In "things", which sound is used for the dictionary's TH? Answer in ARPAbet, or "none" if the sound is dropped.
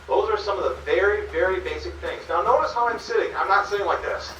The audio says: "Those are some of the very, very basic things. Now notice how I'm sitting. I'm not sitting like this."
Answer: TH